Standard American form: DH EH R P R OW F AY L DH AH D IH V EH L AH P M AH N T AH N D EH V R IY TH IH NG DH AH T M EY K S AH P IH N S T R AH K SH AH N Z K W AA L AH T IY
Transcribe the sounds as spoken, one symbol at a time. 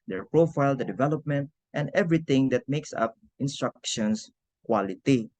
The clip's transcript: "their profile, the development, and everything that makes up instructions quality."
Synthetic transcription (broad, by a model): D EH R P R OW F AY L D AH D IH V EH L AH P M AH N T AH N D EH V R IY T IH NG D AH T M EY K S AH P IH N S T R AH K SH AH N S K W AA L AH T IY